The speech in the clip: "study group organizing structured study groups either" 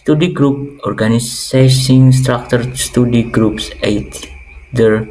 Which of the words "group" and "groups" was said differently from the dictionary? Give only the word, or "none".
none